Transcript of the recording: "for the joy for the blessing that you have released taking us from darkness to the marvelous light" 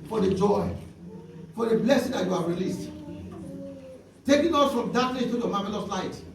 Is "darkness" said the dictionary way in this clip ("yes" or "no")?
no